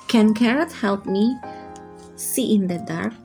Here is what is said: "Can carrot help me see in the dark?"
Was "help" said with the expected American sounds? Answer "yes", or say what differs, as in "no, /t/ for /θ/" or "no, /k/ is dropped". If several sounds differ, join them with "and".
yes